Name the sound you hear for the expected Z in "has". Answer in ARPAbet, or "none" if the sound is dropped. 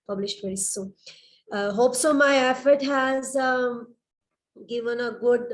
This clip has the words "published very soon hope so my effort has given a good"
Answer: Z